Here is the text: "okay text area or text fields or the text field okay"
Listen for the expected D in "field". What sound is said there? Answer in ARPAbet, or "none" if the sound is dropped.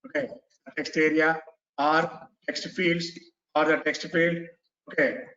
D